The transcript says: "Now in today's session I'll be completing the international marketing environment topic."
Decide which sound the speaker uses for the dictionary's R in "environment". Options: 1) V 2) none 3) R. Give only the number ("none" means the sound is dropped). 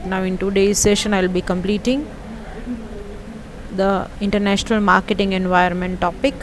2